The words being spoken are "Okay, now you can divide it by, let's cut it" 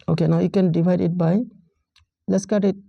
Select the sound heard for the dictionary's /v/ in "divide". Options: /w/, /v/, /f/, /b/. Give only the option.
/b/